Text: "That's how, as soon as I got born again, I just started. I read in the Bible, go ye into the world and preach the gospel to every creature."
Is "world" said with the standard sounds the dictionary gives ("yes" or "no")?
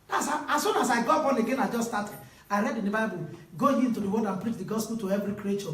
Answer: no